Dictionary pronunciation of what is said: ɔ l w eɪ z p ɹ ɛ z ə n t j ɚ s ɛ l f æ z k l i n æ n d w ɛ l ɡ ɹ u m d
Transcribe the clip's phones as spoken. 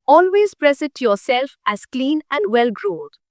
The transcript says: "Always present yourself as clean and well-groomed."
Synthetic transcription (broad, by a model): ɔ l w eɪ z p ɹ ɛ s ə t j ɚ s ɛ l f æ z k l i n æ n d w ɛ l ɡ ɹ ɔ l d